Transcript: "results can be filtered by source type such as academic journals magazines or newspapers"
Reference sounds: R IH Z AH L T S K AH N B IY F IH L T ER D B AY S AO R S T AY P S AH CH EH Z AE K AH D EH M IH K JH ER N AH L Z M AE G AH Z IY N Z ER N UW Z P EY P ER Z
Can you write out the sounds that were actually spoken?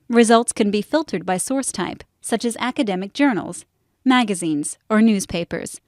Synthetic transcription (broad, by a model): R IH Z AH L T S K AH N B IY F IH L T ER D B AY S AO R S T AY P S AH CH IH Z AE K AH D EH M IH K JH ER N L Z M AE G AH Z IY N Z ER N UW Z P EY P ER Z